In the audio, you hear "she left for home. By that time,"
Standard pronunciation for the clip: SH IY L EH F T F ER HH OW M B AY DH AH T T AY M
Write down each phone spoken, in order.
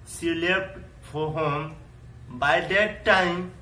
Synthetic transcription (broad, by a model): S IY L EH P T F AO HH OW M B AY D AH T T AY M